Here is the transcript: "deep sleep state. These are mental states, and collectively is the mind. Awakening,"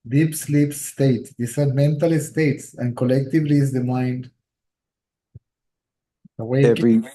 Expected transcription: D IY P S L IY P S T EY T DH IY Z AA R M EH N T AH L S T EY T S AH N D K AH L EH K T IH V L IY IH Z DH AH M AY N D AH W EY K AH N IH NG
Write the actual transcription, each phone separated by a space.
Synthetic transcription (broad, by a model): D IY P S L IY P S T EY T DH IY S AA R M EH N T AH L S T EY T S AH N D K AH L EH K T IH V L IY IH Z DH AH M AY N D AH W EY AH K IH